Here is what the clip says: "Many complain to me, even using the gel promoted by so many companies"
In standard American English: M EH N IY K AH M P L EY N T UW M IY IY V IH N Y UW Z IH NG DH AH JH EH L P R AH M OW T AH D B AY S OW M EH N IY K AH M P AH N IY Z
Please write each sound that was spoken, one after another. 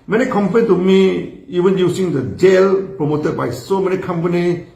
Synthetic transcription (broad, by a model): M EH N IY K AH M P EY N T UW M IY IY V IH N Y UW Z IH NG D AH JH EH L P R AH M OW T AH D B AY S OW M EH N IY K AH M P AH N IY